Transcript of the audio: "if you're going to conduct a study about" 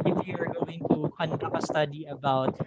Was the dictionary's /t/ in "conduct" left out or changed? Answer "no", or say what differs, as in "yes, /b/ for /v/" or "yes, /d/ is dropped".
yes, /t/ is dropped